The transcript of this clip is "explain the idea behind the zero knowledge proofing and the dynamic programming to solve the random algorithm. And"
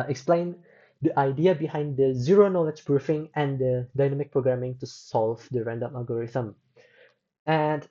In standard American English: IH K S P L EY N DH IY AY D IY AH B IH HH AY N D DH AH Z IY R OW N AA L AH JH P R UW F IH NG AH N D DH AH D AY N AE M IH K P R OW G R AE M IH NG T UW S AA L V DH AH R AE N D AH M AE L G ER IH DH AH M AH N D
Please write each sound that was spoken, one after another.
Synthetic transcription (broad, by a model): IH K S P L EY N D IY AY D IY AH B IH HH AY N D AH Z IY R OW N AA L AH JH B R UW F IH NG AH N D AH D AY N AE M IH K P R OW G R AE M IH NG T UW S AA L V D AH R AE N D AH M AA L G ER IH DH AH M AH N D